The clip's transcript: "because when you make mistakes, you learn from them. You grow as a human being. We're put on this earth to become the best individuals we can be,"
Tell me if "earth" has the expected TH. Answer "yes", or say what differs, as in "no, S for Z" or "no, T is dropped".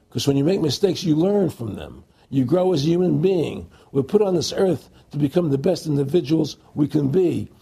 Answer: yes